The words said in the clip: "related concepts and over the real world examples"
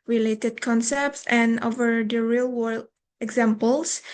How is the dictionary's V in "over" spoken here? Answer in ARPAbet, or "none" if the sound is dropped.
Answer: V